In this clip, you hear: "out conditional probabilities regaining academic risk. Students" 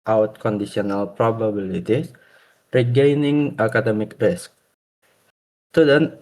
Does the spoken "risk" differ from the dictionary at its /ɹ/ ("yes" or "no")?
no